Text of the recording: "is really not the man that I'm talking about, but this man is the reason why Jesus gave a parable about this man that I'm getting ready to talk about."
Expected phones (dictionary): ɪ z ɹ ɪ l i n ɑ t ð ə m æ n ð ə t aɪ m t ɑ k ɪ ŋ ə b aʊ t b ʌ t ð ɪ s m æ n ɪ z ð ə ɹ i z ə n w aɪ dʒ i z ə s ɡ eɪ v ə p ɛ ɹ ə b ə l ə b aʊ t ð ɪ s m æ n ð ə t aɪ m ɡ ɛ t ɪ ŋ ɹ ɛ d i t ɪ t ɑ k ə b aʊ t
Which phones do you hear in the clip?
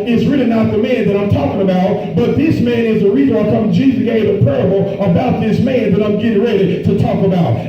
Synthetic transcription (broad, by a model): ɪ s ɹ ɪ l i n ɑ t ð ə m æ n ð ə t aɪ m t ɑ k ɪ ŋ ə b aʊ t b ʌ t ð ɪ s m æ n ɪ z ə ɹ i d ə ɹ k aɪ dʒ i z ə ɡ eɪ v ə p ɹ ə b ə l ə b aʊ t ð ɪ s m æ n ð ə t aɪ m ɡ ɛ t ɪ ŋ ɹ ɛ d i t ɪ t ɑ k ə b aʊ t